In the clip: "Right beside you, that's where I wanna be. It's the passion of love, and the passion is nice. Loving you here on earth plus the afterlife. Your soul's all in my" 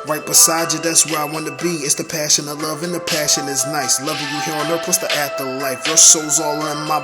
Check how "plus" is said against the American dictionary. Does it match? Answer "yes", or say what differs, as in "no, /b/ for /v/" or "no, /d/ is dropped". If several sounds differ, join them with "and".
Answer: no, /l/ is dropped